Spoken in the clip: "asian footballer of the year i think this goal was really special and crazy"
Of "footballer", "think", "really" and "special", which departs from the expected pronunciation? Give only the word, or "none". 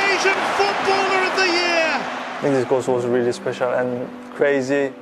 think